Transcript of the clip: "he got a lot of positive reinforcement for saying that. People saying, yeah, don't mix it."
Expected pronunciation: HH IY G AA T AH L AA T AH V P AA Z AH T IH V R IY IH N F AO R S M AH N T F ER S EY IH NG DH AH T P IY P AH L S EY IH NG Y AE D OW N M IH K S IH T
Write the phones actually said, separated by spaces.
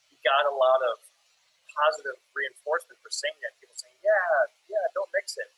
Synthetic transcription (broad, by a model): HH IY G AA T AH L AA T AH V P AA Z AH T IH V R IY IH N F AO R S M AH N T F ER S EY IH NG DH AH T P IY P L S EY IH NG Y AE D OW N M IH K S IH T